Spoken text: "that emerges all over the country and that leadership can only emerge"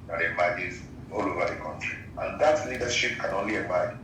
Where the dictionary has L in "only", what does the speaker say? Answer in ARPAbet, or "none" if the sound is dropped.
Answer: L